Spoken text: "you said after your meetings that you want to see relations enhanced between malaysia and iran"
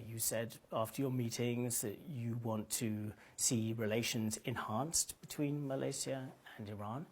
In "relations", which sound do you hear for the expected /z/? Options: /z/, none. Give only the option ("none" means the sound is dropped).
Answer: /z/